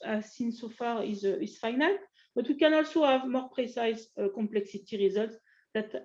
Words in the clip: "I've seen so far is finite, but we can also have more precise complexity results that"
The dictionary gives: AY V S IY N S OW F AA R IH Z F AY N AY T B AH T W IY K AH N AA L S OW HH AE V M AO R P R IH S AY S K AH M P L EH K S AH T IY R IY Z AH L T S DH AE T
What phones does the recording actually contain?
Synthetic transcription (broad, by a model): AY S IY N S OW F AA R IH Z F AY N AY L B AH T W IY K AH N AA L S OW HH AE V M AO R P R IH S AY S K AH M P L EH K S AH T IY R IY Z AH L T S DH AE T